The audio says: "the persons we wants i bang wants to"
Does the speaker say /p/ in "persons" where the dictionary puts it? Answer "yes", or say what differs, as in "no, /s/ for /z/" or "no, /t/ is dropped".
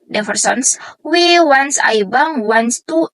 no, /f/ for /p/